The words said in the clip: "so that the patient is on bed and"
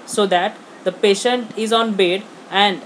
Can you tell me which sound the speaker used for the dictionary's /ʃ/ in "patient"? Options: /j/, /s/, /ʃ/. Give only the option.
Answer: /ʃ/